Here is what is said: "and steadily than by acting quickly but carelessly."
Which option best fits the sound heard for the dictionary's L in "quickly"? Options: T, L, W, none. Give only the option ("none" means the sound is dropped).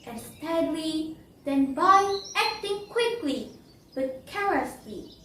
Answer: L